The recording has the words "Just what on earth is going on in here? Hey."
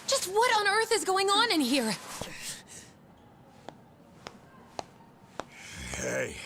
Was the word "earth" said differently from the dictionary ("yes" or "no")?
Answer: no